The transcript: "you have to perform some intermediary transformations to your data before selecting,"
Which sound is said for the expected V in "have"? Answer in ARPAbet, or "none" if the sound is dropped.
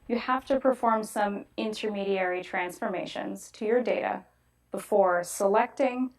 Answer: F